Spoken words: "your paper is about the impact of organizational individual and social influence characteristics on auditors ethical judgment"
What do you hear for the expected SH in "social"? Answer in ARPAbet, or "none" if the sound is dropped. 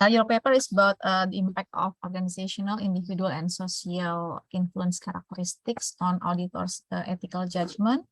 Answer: S